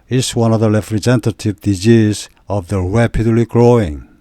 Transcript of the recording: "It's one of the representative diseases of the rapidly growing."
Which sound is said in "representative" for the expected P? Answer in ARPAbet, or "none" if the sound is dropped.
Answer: F